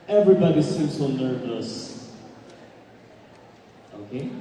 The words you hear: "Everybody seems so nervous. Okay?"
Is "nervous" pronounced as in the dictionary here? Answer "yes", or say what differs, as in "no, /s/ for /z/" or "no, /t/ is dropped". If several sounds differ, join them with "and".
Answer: yes